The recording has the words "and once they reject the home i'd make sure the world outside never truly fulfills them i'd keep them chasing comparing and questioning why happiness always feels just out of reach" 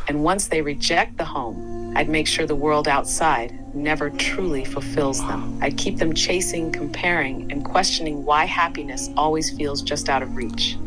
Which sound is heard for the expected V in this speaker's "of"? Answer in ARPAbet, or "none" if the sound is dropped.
V